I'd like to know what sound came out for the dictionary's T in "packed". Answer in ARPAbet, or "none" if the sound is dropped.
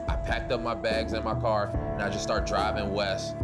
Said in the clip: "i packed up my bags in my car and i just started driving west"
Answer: T